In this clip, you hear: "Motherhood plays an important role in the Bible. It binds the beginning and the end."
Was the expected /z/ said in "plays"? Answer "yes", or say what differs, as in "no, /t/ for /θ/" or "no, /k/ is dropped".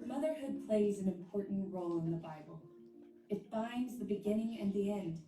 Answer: yes